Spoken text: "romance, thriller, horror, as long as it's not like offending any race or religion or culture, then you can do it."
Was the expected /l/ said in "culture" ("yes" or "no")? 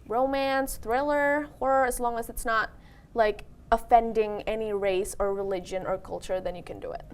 yes